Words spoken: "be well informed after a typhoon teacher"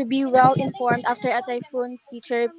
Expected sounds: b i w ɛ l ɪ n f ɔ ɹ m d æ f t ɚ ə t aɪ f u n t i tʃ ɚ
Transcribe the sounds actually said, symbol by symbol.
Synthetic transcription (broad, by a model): b i w ɛ l ɪ n f ɔ ɹ m d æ f t ɚ ə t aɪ f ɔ n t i tʃ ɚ